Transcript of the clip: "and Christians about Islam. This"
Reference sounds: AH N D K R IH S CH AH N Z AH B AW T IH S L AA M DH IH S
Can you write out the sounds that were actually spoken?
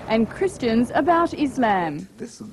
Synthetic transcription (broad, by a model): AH N K R IH S CH AH N Z AH B AW T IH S L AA M